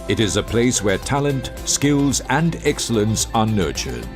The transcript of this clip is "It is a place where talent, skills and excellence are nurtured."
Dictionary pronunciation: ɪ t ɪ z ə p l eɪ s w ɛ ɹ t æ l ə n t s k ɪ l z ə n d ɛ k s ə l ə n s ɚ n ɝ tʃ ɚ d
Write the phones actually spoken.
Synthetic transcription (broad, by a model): ɪ t ɪ z ə p l eɪ s w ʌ ɹ t æ l ə n t s k ɪ l z ə n d ɛ k s ə l ə n s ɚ n ɝ tʃ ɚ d